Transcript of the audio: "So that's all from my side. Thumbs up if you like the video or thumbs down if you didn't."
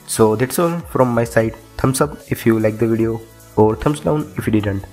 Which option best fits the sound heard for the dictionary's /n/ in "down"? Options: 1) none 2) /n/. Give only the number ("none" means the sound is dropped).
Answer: 2